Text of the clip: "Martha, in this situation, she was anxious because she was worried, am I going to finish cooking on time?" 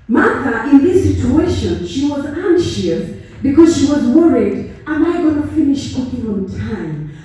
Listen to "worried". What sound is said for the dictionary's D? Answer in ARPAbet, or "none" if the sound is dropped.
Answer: D